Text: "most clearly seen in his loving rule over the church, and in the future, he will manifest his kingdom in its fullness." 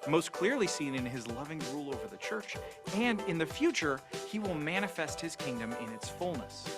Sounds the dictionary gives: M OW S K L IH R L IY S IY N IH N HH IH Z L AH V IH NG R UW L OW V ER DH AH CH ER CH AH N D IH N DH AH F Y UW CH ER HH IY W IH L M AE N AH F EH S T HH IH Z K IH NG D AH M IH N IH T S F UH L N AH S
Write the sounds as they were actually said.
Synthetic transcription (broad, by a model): M OW S K L IH R L IY S IY N IH N IH Z L AH V IH NG R UW L OW V ER DH AH CH ER CH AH N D IH N DH AH F Y UW CH ER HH IY W IH L M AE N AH F EH S T HH IH Z K IH NG D AH M IH N IH T S F UH L N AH S